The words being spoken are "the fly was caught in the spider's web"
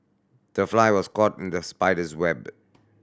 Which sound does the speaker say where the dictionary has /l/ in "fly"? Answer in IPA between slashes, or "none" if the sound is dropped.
/l/